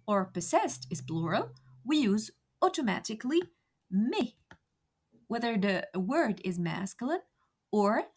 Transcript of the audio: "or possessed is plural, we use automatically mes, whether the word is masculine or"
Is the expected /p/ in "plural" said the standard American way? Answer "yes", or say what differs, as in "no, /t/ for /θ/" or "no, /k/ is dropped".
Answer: no, /b/ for /p/